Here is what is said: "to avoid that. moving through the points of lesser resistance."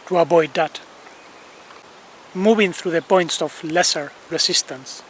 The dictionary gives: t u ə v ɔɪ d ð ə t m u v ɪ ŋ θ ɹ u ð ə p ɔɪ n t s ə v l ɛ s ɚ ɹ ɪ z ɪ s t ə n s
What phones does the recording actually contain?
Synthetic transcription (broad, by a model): t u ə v ɔɪ d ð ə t m u v ɪ ŋ θ ɹ u ð ə p ɔɪ n t s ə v l ɛ s ɚ ɹ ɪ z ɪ s t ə n s